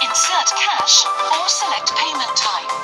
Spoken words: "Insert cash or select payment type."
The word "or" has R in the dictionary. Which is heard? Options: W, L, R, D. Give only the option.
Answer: L